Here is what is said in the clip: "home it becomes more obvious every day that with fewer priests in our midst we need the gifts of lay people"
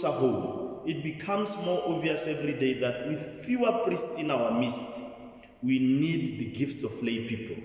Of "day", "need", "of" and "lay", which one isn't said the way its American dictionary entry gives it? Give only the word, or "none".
of